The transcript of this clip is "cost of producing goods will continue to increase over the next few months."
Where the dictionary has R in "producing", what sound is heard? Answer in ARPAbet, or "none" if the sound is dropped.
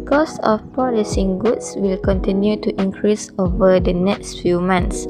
none